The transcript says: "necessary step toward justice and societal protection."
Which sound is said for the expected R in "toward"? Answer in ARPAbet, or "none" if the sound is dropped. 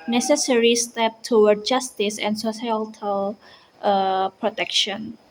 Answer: W